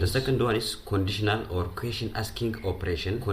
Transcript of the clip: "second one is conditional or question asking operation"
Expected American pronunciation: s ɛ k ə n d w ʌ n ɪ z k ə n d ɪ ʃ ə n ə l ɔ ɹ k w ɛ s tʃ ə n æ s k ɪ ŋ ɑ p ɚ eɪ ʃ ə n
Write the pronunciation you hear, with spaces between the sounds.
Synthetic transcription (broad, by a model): s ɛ k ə n d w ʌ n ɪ s k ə n d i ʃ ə n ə l ɔ ɹ k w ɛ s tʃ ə n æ s k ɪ ŋ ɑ p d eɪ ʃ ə n